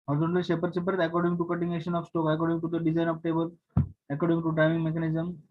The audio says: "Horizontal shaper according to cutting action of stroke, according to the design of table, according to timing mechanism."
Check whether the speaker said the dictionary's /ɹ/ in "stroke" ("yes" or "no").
no